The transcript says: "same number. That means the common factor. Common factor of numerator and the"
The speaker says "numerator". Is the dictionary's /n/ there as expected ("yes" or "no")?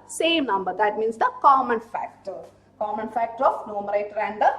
yes